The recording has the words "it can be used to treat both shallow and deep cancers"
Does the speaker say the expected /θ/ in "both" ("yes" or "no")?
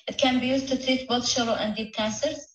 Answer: no